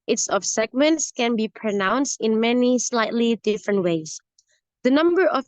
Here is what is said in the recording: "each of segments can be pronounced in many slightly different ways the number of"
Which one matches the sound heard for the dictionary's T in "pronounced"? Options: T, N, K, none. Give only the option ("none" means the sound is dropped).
T